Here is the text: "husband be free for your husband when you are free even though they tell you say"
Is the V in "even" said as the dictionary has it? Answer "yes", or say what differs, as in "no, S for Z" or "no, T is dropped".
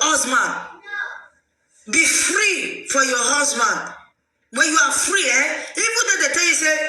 no, B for V